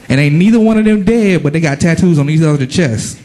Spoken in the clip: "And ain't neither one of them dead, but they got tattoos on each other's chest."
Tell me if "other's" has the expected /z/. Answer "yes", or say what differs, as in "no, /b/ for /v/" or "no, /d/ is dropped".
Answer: no, /z/ is dropped